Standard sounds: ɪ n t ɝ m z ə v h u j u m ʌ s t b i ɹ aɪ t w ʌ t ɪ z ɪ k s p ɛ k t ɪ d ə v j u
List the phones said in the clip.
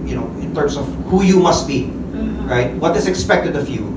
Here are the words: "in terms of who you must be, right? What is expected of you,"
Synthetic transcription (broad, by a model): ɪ n t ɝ m s ə v h u j u m ʌ s t b i ɹ aɪ t w ʌ t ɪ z ɪ k s p ɛ k t ɪ d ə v j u